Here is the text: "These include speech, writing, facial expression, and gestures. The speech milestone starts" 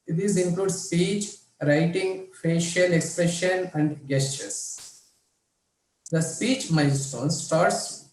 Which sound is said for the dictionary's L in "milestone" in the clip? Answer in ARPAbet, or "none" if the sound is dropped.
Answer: N